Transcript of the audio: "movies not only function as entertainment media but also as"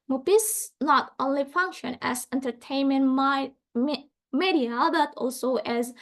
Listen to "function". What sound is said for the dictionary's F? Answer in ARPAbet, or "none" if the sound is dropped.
F